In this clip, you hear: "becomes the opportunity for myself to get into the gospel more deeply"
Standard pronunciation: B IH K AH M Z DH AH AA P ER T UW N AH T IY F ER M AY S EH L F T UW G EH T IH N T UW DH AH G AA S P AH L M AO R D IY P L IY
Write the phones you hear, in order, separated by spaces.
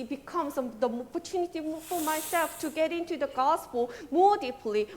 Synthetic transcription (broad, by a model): B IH K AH M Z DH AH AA P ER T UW N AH T IY F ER M AY S EH L F T UW G EH T IH N T UW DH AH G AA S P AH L M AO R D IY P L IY